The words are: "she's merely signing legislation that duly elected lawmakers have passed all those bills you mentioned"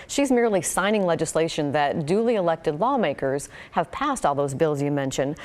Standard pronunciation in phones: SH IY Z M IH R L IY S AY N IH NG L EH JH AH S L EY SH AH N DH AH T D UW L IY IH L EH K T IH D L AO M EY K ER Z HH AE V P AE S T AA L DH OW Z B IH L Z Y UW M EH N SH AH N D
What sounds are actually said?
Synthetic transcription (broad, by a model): SH IY Z M IH R L IY S AY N IH NG L EH JH AH S L EY SH AH N DH AH T D UW L IY IH L EH K T IH D L AO M EY K ER Z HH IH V P AE S T AA L DH OW Z B IH L Z Y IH M EH N SH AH N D